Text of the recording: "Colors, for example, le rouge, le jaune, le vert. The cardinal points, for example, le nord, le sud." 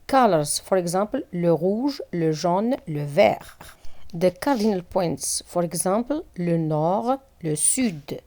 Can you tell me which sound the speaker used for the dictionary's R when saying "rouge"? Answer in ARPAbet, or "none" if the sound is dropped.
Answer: R